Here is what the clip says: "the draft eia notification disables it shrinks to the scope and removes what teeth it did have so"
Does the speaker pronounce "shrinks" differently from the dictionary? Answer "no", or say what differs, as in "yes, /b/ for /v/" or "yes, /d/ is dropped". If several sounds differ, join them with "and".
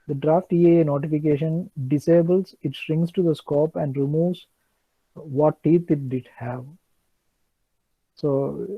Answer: yes, /k/ is dropped